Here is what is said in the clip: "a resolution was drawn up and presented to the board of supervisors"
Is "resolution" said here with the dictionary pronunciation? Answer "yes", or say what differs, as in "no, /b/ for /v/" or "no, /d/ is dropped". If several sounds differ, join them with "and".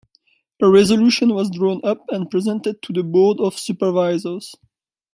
yes